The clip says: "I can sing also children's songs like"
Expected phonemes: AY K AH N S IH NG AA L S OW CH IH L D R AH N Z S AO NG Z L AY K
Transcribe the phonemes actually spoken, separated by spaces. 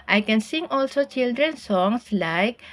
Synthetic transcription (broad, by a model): AY K AH N S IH NG AA L S OW CH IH L D R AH N S AO NG S L AY K